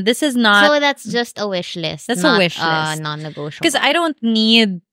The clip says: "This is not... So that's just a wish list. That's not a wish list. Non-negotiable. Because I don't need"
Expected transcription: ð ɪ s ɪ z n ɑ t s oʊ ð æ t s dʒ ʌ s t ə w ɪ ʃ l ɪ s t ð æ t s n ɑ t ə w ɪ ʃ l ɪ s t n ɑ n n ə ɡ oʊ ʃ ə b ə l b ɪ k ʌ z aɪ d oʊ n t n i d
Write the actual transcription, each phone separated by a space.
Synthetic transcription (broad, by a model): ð ɪ s ɪ z n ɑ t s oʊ ð æ t s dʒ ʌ s t ə w ɪ ʃ l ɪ s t ð æ t s ə w ɪ ʃ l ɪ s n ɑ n n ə ɡ oʊ ə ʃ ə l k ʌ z aɪ d oʊ n t n i d